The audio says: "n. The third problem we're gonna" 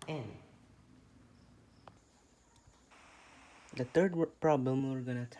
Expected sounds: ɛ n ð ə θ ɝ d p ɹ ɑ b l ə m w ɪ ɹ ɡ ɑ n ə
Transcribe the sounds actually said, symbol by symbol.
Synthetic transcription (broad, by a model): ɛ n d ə t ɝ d p ɹ ɑ b l ə m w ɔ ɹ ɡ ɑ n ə